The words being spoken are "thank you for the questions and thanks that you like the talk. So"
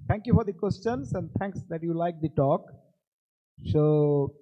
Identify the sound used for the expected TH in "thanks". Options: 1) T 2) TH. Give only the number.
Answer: 1